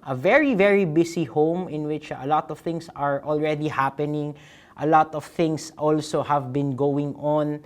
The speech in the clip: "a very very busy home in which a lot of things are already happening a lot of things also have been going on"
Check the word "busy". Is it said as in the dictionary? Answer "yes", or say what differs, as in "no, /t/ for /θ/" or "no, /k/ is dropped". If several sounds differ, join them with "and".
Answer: no, /s/ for /z/